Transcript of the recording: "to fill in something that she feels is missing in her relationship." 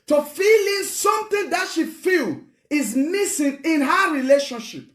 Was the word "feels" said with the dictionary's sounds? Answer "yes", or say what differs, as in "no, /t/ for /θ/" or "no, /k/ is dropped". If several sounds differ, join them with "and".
no, /z/ is dropped